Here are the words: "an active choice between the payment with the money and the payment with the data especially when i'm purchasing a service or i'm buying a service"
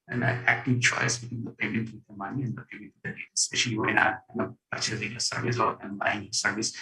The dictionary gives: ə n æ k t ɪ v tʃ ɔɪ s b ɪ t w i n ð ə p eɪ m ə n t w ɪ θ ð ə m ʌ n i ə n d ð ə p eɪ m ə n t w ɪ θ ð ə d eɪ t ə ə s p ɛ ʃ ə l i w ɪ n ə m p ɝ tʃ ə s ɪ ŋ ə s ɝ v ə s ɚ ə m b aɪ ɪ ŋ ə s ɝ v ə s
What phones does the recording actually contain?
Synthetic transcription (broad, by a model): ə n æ k t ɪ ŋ tʃ ɔɪ s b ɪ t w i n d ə p eɪ m ə n t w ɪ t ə m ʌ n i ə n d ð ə p eɪ m ə n t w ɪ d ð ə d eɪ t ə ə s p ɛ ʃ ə n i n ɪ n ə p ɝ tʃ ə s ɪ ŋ ə s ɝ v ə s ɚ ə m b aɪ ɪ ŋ ə s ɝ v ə s